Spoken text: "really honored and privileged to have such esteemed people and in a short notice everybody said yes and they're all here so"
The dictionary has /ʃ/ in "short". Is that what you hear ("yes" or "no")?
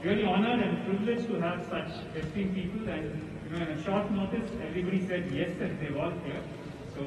yes